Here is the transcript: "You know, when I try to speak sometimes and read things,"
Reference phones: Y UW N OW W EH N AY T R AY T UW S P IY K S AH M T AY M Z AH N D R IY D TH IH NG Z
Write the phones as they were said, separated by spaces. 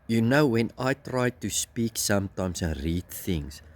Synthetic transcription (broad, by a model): Y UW N OW W EH N AY T R AY T UW S P IY K S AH M T AY M S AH N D R IY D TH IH NG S